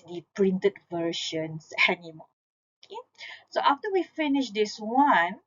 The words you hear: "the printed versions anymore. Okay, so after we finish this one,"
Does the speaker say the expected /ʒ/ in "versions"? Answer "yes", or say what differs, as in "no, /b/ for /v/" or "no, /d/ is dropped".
no, /ʃ/ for /ʒ/